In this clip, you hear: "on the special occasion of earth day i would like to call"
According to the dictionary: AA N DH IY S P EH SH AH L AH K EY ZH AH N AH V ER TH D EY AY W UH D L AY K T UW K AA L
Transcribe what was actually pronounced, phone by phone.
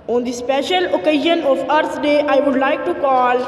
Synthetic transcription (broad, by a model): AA N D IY S P EH SH AH L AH K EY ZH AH N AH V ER S D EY AY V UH D L AY K T UW K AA L